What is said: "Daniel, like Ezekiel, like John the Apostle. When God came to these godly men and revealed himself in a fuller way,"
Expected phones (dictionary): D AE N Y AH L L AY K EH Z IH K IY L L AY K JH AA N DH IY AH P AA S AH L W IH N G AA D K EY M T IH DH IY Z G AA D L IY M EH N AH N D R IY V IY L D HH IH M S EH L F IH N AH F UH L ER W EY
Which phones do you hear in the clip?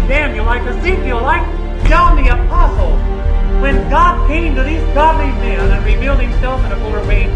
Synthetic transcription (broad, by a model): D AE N Y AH L L AY K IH S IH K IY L L AY K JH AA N DH IY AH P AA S L W IH N G AA D K EY M T IH DH IY Z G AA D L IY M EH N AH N R IY V IY L D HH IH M S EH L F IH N AH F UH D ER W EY